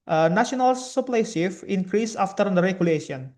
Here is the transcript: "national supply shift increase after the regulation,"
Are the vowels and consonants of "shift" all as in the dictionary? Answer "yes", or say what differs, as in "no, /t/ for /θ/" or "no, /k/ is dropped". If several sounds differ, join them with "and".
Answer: no, /t/ is dropped